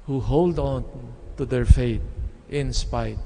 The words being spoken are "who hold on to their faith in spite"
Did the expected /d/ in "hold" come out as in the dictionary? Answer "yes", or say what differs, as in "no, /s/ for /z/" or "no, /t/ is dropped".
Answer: yes